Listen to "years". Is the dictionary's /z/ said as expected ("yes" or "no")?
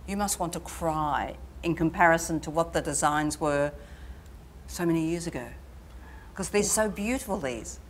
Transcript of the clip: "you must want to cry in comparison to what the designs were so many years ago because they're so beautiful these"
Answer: yes